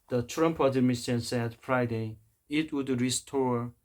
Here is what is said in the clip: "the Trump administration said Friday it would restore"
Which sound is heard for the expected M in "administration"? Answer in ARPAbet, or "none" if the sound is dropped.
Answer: none